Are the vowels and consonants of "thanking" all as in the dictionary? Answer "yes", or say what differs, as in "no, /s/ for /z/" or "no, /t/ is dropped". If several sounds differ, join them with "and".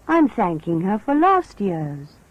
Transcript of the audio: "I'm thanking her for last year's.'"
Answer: yes